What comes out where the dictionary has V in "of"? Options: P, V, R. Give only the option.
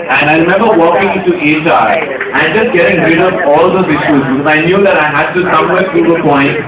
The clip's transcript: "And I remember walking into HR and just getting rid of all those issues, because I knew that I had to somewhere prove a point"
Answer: P